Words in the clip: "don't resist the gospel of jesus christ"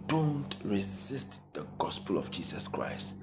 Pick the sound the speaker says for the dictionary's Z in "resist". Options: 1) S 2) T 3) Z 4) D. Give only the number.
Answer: 3